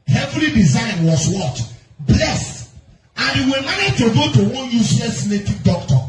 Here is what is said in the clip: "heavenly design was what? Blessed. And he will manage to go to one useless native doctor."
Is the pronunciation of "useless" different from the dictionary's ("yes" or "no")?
yes